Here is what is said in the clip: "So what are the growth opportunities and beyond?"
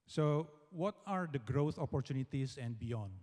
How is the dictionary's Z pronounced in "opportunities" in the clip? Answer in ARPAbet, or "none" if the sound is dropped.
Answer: S